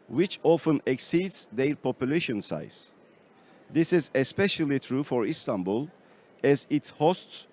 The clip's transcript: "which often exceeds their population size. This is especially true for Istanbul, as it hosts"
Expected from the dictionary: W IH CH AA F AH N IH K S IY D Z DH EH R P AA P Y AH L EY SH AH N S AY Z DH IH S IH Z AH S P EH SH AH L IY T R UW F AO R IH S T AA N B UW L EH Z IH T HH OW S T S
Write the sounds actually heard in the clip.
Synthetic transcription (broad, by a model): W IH CH AA F AH N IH K S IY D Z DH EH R P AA P Y L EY SH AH N S AY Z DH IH S IH Z AH S P EH SH AH L IY T R UW F AO R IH S T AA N B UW L EH Z IH T HH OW S T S